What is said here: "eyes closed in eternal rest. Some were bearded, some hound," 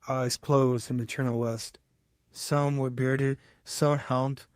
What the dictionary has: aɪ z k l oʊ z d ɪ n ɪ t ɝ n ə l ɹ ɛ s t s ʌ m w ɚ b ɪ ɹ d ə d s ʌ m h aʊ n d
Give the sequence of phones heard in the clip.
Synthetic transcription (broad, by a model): aɪ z k l oʊ z d ɪ n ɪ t ɝ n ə l w ɛ s t s ʌ m w ɚ b ɪ ɹ d ə d s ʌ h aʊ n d